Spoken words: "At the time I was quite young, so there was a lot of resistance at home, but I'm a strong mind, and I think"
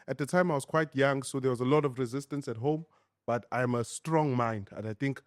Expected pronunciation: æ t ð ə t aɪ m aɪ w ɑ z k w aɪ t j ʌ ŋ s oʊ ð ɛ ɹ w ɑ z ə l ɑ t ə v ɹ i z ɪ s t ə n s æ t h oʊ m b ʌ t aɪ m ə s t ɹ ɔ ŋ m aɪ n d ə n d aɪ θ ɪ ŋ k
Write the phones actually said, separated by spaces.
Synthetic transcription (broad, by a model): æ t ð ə t aɪ m aɪ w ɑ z k w aɪ t j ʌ ŋ s oʊ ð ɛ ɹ w ɑ z ə l ɑ t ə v ɹ i z ɪ s t ə n s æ t h oʊ m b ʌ t aɪ m ə s t ɹ ɔ ŋ m aɪ n d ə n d aɪ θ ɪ ŋ k